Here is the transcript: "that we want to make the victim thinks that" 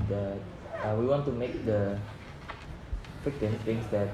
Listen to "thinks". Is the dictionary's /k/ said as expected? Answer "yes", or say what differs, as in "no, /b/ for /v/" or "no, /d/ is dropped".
no, /k/ is dropped